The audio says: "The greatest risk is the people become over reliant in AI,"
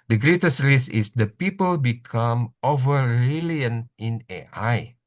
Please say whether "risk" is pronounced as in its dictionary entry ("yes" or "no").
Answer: no